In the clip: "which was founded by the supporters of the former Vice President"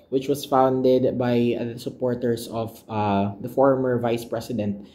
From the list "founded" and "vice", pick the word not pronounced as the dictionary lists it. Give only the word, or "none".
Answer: none